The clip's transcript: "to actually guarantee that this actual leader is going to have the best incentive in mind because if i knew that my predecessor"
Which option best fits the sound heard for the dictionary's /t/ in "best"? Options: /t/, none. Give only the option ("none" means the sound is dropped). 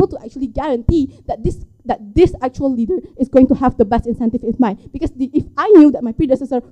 /t/